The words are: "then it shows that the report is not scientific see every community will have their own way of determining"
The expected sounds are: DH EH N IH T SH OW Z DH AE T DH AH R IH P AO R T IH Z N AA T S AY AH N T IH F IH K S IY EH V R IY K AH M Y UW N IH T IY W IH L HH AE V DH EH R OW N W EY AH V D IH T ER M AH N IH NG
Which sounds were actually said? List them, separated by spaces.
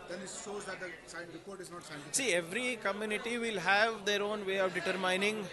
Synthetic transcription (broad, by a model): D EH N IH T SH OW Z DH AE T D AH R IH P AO R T IH Z N AA T S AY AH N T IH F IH S IY EH V R IY K AH M Y UW N IH T IY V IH L HH AE V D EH R OW N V EY AH V D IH T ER M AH N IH NG